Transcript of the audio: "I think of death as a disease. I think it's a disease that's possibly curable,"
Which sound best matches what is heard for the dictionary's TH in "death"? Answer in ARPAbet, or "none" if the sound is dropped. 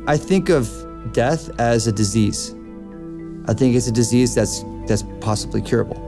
TH